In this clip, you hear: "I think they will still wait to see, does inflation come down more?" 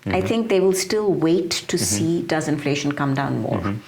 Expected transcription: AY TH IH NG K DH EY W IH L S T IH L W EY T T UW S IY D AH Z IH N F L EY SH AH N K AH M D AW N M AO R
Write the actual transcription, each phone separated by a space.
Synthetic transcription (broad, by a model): AY T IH NG K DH EY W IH L S T IH L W EY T T UW S IY D AH Z IH N F L EY SH AH N K AH M D AW N M AO R